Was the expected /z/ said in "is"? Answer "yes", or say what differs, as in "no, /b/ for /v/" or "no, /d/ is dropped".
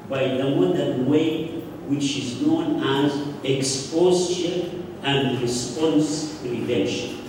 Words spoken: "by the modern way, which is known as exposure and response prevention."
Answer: yes